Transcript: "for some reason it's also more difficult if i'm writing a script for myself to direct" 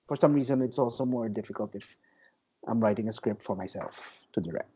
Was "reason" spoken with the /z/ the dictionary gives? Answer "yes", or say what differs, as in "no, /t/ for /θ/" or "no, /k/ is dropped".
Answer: yes